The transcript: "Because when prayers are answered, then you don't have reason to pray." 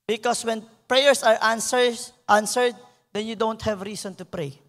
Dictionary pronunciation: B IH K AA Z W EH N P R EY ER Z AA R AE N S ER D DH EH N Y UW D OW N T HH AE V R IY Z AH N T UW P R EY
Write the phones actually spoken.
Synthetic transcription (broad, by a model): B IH K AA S W EH N P R EY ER S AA R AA N S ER D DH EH N Y UW D OW N T HH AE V R IY S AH N T UW P R EY